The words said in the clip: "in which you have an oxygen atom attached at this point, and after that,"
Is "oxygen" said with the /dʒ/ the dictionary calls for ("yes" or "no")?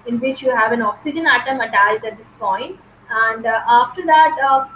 yes